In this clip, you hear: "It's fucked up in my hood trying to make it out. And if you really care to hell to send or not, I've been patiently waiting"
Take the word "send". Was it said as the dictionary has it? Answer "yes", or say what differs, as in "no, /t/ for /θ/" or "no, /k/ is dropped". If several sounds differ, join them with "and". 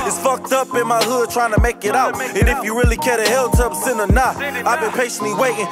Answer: no, /d/ is dropped